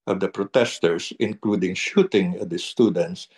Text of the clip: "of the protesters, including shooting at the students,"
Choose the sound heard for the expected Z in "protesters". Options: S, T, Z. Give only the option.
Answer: S